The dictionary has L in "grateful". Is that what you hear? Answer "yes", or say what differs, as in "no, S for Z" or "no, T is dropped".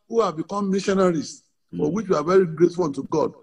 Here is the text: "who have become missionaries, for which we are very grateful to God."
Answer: no, N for L